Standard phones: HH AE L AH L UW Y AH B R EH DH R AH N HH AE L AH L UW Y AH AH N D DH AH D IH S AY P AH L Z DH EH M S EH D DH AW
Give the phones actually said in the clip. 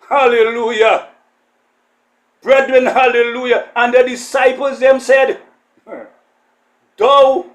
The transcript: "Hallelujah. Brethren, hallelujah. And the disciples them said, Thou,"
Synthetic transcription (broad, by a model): HH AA L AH L UW Y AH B R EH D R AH N HH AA L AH L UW Y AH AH N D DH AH D IH S AY P AH L Z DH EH M S EH D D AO